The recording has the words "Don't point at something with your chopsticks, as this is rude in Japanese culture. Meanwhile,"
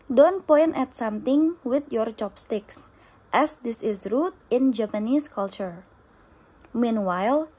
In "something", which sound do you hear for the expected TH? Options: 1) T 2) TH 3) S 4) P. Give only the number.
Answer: 1